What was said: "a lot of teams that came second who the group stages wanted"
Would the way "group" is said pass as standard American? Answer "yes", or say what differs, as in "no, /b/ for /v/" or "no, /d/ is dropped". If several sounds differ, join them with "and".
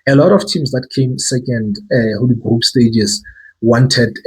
no, /ɹ/ is dropped